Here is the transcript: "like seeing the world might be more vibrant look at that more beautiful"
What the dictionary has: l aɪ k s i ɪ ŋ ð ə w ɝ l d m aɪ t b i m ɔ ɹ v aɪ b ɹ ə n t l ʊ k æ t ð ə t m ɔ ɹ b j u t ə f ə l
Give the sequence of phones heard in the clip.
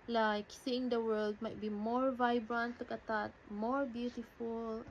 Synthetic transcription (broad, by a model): l aɪ k s i ɪ ŋ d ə w ɝ l d m aɪ t b i m ɔ ɹ v aɪ b ɹ ə n t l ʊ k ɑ t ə t m ɔ ɹ b j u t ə f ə l